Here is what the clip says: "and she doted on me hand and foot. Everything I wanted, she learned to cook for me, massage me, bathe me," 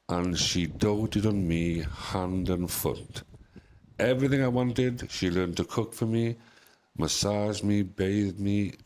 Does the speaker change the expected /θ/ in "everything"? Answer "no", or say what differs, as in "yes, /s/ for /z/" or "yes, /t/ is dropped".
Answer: no